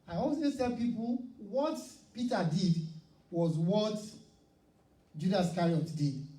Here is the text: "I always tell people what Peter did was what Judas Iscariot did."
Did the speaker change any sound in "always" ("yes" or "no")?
yes